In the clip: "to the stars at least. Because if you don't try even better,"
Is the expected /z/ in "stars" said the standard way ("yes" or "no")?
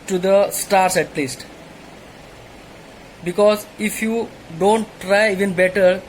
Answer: no